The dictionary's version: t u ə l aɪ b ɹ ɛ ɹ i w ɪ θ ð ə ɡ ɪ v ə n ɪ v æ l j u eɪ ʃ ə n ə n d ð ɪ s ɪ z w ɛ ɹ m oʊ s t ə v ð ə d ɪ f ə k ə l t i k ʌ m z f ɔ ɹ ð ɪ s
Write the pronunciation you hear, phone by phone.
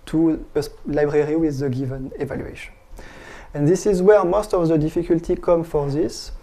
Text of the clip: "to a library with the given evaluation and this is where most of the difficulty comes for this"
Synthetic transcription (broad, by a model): t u ə l aɪ b ɹ ɛ ɹ i w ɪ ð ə ɡ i v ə n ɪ v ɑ l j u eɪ ʃ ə n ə n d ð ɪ s ɪ z w ɛ ɹ m oʊ s t ə v ð ə d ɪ f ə k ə l t i k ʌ m f ɔ ɹ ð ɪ s